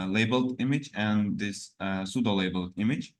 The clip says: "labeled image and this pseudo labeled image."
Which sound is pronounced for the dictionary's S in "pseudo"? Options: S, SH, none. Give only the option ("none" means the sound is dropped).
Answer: S